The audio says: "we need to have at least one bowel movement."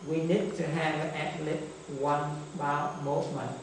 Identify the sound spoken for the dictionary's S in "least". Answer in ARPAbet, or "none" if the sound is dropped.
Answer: none